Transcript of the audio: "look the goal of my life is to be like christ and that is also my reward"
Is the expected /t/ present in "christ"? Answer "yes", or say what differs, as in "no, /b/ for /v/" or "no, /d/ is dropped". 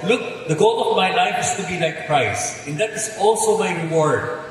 no, /t/ is dropped